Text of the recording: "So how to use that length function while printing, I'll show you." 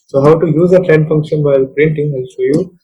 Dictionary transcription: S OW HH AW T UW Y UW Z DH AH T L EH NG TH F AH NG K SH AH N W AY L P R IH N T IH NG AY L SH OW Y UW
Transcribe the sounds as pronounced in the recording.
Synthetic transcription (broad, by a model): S OW HH AW T UW Y UW Z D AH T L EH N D F AH NG K SH AH N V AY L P R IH N T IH NG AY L S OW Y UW